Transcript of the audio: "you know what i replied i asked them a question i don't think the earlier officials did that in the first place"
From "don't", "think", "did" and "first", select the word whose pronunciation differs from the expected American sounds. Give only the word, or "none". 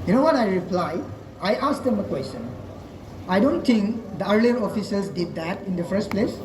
think